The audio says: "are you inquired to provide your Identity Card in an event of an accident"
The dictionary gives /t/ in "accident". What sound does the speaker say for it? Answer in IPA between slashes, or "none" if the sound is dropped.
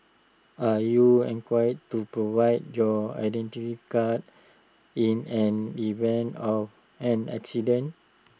none